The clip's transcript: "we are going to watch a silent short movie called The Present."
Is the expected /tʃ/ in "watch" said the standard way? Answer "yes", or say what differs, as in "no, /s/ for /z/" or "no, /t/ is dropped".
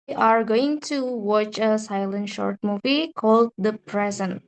yes